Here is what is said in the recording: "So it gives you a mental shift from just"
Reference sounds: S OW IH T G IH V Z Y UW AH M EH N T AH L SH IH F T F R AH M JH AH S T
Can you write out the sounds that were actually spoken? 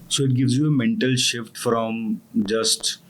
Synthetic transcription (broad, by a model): S OW IH T G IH V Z Y UW AH M EH N T AH L SH IH F T F R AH M JH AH S T